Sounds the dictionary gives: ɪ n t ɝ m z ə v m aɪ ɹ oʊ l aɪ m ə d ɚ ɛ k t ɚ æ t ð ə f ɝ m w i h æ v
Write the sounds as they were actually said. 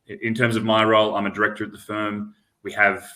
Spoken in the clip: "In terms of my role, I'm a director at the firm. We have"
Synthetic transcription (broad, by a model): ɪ n t ɝ m z ə v m aɪ ɹ oʊ l aɪ m ə d ɚ ɛ k t ɚ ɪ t ð ə f ɝ m w i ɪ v